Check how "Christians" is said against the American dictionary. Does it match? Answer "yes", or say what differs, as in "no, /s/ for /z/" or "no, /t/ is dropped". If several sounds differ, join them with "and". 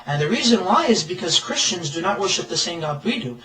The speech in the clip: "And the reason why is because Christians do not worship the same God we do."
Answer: yes